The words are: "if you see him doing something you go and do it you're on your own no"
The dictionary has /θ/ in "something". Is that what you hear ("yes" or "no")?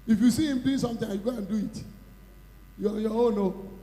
no